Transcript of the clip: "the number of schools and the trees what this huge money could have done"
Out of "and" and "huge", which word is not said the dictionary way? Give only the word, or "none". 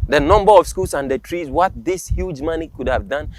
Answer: none